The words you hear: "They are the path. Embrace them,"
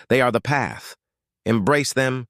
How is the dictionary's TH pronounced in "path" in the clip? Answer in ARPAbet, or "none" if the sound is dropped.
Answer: TH